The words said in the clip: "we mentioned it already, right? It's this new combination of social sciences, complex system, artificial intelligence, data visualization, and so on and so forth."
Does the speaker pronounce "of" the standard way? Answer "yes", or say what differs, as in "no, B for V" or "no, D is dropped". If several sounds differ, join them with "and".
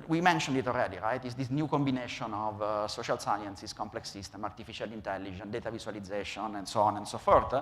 yes